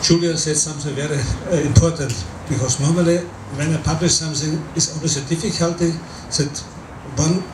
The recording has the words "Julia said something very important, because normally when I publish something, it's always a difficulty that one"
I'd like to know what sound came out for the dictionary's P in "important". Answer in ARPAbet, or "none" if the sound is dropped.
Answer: P